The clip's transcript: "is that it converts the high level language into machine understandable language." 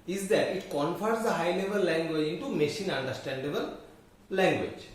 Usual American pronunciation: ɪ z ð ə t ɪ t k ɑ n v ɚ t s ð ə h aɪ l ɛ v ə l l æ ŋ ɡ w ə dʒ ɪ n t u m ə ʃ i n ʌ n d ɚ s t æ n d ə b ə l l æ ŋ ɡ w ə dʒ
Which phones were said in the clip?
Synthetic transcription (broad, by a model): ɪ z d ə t ɪ t k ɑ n f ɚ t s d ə h aɪ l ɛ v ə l l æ ŋ ɡ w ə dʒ ɪ n t u m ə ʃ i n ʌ n d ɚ s t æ n d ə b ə l l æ ŋ ɡ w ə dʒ